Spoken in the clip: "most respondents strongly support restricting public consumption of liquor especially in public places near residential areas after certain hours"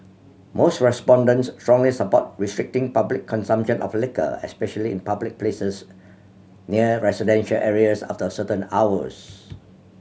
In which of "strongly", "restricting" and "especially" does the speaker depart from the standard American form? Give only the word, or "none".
none